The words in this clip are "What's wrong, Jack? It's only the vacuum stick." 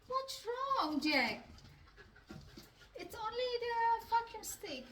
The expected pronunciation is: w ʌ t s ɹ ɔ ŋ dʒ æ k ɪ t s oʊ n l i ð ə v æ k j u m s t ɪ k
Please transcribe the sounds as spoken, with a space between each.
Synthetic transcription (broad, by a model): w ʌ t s ɹ ɔ ŋ dʒ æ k ɪ t s oʊ n l i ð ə f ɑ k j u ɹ s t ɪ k